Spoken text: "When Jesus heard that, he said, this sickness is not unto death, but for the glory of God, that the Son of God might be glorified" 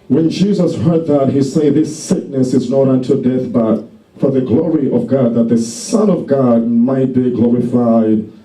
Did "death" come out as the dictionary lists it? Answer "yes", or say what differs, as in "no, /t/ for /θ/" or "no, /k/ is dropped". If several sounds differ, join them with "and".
yes